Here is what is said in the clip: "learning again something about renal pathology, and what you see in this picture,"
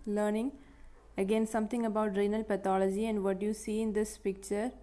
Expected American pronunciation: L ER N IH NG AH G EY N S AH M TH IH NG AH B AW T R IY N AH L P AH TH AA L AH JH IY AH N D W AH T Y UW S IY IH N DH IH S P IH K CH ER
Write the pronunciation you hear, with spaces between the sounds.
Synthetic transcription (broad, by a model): L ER N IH NG AH G EY N S AH M T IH NG AH B AW T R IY N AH L P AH T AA L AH JH IY AH N D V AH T Y UW S IY IH N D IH S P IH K CH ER